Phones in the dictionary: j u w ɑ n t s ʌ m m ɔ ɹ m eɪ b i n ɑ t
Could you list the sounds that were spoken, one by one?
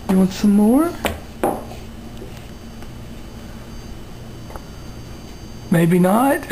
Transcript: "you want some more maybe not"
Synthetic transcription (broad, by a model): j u w ɑ n t s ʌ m m ɔ ɹ m eɪ b i n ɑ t